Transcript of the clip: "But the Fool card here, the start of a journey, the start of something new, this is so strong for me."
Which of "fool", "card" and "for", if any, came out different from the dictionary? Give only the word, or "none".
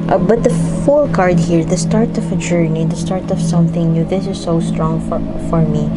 none